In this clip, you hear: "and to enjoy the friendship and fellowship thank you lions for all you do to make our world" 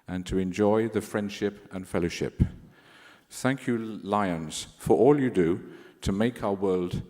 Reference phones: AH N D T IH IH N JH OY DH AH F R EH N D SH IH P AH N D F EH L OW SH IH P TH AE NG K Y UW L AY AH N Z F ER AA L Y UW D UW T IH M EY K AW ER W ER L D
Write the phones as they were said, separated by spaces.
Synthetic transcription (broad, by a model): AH N T IH IH N JH OY DH AH F R EH N D SH IH P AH N F EH L OW SH IH P TH AE NG K Y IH L AY AH N Z F ER AA L Y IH D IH T IH M EY K AW ER W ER L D